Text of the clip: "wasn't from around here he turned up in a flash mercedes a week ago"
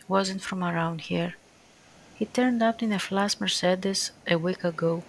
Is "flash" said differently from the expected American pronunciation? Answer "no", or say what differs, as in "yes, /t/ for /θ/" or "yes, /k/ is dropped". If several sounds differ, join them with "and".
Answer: yes, /s/ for /ʃ/